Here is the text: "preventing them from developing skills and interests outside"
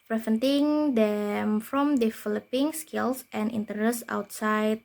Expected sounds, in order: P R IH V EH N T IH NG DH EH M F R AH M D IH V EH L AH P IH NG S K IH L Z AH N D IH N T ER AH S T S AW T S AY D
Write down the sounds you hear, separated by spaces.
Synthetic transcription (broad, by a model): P R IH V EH N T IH NG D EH M F R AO M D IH F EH L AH P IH NG S K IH L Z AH N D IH N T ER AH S S AW T S AY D